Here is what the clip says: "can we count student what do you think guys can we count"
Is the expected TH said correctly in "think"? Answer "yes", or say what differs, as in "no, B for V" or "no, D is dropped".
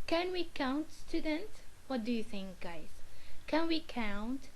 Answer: yes